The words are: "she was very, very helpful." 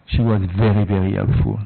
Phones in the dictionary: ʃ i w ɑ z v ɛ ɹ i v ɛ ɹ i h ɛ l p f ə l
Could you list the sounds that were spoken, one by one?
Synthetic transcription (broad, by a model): ʃ i w ɑ z v ɛ ɹ i v ɛ ɹ i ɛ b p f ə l